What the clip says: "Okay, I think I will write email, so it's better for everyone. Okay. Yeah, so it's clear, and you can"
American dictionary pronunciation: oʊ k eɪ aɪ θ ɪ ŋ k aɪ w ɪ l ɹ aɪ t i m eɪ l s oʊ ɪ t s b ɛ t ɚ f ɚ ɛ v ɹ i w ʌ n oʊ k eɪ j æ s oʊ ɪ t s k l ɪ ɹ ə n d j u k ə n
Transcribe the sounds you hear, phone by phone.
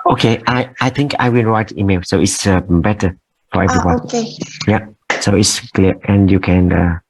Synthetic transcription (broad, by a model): oʊ k eɪ aɪ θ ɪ ŋ k aɪ w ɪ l ɹ aɪ t i m eɪ l s oʊ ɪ t s b ɛ t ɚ f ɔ ɛ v ɹ i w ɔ i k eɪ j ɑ s oʊ ɪ t s k l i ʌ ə n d j u k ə n